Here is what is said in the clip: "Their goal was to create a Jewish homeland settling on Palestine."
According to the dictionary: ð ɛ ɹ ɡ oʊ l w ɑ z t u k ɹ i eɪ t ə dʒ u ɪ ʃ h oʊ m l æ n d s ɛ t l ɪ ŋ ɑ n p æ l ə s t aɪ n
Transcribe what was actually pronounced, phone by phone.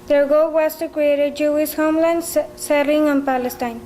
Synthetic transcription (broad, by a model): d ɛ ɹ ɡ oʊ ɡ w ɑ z t u k ɹ i eɪ t ə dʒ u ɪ s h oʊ m l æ n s s ɛ t l ɪ ŋ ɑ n p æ l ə s t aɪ n